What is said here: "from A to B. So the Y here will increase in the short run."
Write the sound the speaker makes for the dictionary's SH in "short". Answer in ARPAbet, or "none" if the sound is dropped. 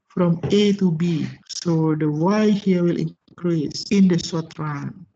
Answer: S